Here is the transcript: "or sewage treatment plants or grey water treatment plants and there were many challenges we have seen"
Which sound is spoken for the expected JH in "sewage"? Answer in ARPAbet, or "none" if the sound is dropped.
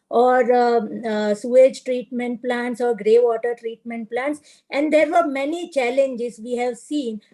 JH